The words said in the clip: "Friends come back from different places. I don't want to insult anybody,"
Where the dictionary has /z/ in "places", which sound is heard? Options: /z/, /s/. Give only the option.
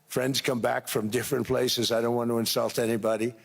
/z/